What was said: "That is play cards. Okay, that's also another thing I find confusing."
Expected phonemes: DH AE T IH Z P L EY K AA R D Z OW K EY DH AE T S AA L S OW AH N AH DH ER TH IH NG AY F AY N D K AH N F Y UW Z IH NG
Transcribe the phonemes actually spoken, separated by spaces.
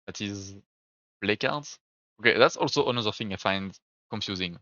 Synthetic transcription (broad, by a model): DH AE T IH Z B L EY K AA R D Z OW K EY DH AE T S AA L S OW AH N AH DH ER TH IH NG AY F AY N D K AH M F Y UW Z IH NG